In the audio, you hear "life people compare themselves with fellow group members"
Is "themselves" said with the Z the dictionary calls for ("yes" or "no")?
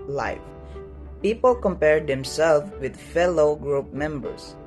no